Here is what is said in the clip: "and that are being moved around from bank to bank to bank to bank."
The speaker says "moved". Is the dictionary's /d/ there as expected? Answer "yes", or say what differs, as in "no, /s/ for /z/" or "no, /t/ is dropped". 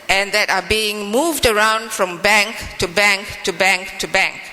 yes